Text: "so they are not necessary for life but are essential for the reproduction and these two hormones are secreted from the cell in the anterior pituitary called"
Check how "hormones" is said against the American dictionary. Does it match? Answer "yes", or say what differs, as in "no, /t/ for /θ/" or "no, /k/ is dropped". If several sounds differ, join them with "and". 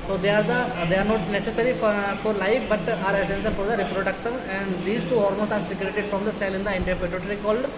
no, /l/ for /ɹ/